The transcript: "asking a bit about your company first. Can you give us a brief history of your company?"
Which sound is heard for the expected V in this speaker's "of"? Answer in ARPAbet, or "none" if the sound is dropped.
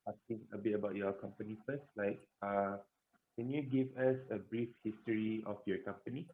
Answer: F